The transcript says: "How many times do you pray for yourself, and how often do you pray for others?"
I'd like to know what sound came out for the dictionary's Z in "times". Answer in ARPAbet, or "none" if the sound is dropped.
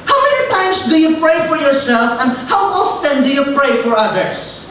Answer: S